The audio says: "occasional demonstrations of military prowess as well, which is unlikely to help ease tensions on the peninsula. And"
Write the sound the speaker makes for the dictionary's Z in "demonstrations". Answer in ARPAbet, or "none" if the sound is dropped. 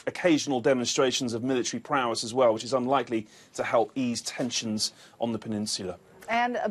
Z